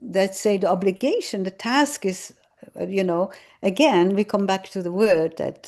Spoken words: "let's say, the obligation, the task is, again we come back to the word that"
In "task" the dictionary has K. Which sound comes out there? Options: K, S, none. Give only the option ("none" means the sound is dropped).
K